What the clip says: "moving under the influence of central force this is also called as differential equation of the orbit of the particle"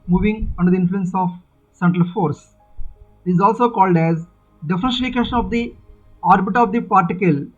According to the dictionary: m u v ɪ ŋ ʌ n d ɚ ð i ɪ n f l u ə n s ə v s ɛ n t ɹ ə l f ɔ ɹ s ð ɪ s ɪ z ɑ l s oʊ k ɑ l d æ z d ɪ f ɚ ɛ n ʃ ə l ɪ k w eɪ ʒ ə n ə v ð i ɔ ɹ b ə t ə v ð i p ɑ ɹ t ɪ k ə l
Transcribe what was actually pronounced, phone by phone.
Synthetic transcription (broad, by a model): m u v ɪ ŋ ʌ n d ɚ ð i ɪ n f l u ə n s ə v s ɛ n t ɹ ə l f ɔ ɹ s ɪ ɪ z ɑ l s oʊ k ɑ l d æ z d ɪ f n ə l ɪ k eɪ ʃ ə n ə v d i ɔ ɹ b ə t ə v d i p ɑ ɹ t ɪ k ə l